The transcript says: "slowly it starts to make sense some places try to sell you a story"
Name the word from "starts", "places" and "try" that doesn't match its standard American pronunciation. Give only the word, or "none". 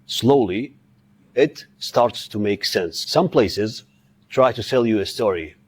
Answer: none